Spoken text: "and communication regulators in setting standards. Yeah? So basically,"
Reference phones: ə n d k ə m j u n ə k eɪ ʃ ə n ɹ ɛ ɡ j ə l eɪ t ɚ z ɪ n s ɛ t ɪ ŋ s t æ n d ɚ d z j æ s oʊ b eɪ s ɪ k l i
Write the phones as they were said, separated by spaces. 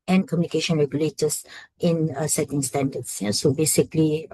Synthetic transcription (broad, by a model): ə n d k ə m j u n ə k eɪ ʃ ə n ɹ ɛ ɡ j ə l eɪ t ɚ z ɪ n s ɛ t ɪ ŋ s t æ n d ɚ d s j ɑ s oʊ b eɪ s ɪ k l i